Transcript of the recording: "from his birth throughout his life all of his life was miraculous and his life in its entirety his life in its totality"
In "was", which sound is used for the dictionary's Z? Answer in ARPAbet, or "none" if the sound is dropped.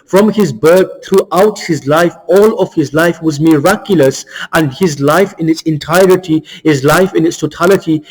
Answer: Z